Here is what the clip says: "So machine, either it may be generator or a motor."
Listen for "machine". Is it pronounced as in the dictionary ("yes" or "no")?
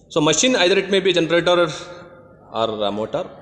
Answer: yes